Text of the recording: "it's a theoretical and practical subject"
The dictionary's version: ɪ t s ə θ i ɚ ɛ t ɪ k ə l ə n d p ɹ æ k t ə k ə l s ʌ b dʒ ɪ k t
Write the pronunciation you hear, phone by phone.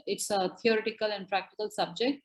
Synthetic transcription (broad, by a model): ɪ t s ə t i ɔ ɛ t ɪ k ə l ə n d p ɹ æ k t ə k ə l s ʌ b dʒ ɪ k t